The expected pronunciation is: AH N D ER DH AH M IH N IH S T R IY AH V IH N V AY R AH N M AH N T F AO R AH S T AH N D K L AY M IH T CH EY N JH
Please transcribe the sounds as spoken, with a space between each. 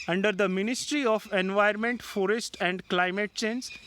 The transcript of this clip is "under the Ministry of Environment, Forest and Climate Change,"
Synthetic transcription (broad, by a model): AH N D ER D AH M IH N IH S T R IY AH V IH N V AY AH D M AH N T F AO R AH S T AH N D K L AY M IH T CH EY N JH